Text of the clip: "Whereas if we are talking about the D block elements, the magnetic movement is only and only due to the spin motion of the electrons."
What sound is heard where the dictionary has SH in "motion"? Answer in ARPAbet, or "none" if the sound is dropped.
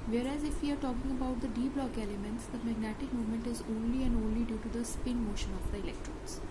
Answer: SH